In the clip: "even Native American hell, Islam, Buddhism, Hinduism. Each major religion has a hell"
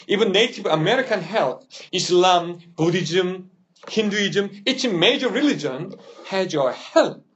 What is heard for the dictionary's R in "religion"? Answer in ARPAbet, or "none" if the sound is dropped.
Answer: R